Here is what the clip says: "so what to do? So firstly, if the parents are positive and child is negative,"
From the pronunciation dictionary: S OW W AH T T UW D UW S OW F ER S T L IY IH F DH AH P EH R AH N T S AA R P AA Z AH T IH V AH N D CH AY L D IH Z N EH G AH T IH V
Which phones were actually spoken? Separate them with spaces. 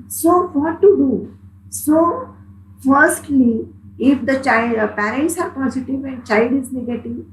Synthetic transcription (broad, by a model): S OW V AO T T UW D UW S OW F ER S T L IY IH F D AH P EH R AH N T S AA R P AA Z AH T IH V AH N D CH AY L D IH Z N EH G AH T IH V